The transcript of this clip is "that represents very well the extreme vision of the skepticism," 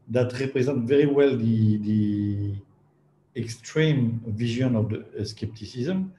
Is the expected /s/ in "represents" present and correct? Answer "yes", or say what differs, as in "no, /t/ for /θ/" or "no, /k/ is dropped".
no, /s/ is dropped